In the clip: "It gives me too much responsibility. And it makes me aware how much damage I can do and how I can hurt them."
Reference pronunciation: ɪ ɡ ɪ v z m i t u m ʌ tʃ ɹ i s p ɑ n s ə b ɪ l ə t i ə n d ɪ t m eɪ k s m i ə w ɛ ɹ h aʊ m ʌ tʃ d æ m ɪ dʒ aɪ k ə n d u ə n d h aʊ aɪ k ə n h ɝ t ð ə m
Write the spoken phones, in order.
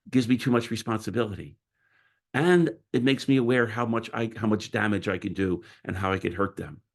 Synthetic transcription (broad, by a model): ɡ ɪ v z m i t u m ʌ tʃ ɹ i s p ɑ n s ə b ɪ l ə t i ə n ɪ t m eɪ k s m i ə w ɛ ɹ h aʊ m ʌ tʃ d æ m ɪ dʒ aɪ k ə n d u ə n h aʊ aɪ k ə n h ɝ t ð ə m